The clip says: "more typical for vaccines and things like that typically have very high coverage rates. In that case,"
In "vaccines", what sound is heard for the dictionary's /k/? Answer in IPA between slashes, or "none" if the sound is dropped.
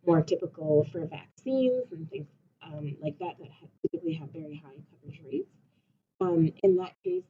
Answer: /k/